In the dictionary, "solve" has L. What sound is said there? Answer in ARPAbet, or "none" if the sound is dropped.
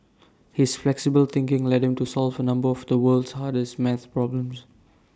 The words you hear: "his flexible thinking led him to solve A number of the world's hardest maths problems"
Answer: L